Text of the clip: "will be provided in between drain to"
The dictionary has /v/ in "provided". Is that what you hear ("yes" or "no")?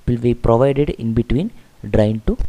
yes